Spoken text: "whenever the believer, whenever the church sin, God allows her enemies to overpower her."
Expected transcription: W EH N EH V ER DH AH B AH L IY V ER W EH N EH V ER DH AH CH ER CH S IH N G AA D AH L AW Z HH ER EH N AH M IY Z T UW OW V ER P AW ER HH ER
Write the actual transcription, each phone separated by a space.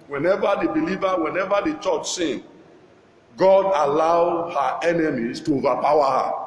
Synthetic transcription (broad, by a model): W EH N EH V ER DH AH B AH L IY V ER W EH N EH V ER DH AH CH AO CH S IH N G AA D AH L AW HH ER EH N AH M IY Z T UW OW V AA P AW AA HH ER